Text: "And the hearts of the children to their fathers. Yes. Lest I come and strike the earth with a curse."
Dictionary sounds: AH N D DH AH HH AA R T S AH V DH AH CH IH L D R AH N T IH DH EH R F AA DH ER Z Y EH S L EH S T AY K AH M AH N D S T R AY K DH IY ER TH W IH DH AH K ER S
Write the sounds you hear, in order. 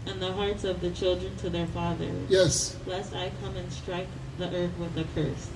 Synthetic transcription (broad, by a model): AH N DH AH HH AA R T S AH V DH AH CH IH L D R AH N T IH DH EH R F AA DH ER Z Y EH S L EH S T AY K AH M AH N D S T R AY K DH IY ER TH W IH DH AH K ER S